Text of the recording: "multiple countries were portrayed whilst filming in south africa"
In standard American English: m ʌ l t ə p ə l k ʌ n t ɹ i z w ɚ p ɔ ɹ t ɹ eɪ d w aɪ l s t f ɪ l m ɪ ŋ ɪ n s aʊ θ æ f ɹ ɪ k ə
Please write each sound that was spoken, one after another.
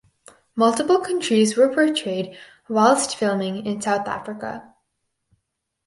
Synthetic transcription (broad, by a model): m ʌ l t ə p l k ʌ n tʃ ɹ i z w ɚ p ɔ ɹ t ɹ eɪ d w aɪ l s t f ɪ l m ɪ ŋ ɪ n s aʊ θ æ f ɹ ɪ k ə